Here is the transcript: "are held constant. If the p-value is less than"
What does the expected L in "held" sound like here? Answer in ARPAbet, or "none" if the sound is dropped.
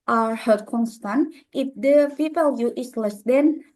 none